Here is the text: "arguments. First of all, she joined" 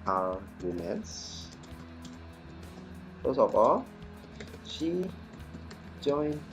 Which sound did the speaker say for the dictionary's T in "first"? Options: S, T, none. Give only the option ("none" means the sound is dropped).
none